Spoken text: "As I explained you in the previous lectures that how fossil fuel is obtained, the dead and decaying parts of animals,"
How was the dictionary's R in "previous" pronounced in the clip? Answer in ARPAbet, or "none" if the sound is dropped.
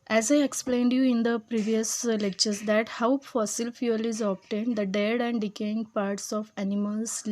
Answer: R